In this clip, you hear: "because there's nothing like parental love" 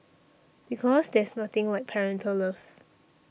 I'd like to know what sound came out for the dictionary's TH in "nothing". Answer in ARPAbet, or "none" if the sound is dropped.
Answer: T